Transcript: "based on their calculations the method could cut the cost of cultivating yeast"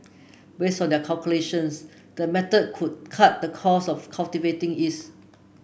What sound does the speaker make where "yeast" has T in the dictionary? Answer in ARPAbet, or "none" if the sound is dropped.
none